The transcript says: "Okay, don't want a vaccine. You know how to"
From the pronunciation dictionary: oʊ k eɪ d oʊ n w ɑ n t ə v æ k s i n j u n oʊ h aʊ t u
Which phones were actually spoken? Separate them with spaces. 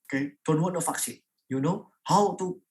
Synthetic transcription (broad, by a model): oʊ k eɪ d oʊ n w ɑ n ə f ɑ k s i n j u n oʊ h aʊ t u